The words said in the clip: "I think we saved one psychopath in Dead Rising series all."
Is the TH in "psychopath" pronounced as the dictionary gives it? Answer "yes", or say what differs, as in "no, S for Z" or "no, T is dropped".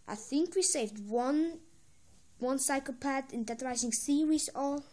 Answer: no, T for TH